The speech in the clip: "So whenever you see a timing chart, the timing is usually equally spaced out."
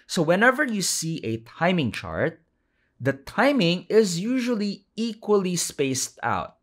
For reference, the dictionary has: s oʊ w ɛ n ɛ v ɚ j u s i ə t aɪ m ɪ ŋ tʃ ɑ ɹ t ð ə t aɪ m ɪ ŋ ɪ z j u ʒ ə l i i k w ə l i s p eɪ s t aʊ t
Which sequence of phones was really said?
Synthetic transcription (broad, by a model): s oʊ w ɛ n ɛ v ɚ j u s i ə t aɪ m ɪ ŋ tʃ ɑ ɹ t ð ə t aɪ m ɪ ŋ ɪ z j u ʒ ə l i i k w ə l i s p eɪ s t aʊ t